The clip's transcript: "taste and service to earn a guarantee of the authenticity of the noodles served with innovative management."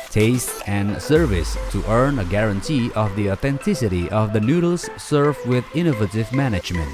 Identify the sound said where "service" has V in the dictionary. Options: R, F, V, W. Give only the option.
V